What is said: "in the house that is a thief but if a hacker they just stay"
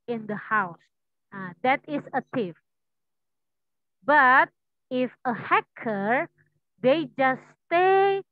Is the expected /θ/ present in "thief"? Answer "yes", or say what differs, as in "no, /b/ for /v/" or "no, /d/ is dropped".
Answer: no, /t/ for /θ/